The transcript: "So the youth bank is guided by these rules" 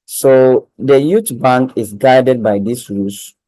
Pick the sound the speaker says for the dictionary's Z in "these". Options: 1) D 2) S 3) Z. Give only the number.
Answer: 2